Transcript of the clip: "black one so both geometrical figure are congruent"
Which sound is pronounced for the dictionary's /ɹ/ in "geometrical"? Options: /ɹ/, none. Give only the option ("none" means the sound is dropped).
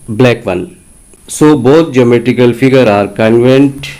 none